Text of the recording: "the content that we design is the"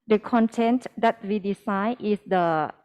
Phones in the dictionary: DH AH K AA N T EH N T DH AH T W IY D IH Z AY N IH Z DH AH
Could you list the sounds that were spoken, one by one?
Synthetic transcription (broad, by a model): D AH K AA N T EH N T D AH T W IY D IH S AY IH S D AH